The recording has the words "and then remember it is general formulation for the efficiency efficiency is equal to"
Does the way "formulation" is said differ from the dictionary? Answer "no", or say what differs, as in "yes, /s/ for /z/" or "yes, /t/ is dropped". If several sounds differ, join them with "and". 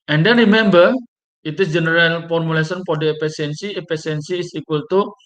yes, /s/ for /ʃ/